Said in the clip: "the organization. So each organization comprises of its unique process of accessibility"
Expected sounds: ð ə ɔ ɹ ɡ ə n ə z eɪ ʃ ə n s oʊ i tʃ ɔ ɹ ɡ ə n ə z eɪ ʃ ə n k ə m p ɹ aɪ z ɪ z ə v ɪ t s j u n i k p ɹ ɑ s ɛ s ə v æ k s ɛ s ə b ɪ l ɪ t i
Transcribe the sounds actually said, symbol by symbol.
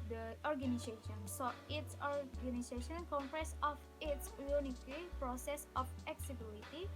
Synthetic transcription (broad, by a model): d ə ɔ ɹ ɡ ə n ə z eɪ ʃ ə n s oʊ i s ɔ ɹ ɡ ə n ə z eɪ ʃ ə n k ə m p ɹ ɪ s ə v ɪ t s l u n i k p ɹ ɑ s ɛ s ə f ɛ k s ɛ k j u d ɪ t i